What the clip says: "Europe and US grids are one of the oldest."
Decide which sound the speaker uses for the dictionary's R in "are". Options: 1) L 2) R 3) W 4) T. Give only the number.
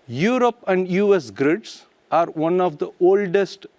2